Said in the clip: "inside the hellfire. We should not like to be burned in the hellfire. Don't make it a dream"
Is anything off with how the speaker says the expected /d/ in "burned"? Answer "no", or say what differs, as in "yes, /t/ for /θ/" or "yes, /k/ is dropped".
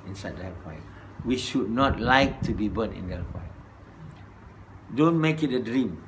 yes, /d/ is dropped